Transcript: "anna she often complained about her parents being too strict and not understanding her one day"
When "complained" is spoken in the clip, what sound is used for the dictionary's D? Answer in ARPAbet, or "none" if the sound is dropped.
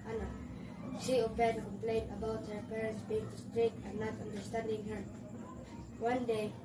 none